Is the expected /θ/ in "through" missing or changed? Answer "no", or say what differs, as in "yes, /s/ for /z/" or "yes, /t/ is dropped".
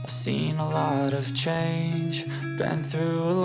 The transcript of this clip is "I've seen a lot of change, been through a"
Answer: no